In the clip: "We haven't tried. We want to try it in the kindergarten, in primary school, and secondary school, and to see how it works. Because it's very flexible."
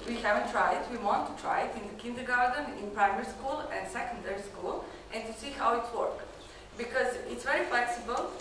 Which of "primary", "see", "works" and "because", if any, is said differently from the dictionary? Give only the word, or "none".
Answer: works